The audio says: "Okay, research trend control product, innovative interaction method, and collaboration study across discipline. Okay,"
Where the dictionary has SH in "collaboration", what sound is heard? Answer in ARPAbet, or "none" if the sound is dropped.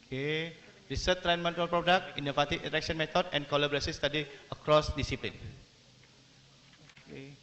S